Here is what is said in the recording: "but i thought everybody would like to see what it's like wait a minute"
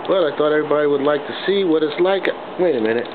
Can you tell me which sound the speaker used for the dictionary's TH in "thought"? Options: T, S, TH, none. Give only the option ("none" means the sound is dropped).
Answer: TH